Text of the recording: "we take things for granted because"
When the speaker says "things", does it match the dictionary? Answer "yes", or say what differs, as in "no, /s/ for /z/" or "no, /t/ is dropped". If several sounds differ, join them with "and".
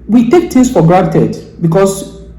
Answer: no, /t/ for /θ/